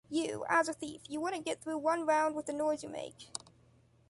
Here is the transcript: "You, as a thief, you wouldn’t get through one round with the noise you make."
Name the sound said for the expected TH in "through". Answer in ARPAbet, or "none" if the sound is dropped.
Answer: TH